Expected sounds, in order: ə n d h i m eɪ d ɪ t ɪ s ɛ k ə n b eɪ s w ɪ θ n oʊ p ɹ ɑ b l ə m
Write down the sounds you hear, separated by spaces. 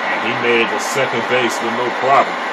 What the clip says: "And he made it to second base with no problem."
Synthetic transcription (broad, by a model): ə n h i m eɪ ɪ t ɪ s ɛ k ə n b eɪ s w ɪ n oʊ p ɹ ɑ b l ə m